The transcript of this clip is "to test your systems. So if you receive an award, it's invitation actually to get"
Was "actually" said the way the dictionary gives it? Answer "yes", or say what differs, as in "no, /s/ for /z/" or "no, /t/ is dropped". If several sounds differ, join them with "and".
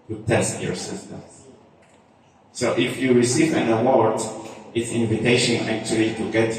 yes